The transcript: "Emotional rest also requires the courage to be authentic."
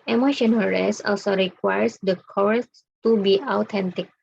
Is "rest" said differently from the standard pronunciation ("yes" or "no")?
yes